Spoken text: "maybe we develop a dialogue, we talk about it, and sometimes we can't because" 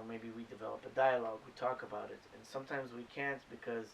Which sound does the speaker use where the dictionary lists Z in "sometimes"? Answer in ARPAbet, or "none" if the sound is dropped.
Z